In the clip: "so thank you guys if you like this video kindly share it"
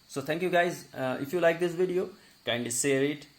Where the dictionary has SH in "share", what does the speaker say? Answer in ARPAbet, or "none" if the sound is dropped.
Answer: S